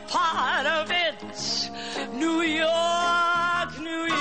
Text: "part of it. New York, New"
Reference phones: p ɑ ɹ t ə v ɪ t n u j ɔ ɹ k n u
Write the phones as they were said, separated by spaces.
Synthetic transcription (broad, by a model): p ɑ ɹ t ə v ɪ t n u j ɔ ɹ k n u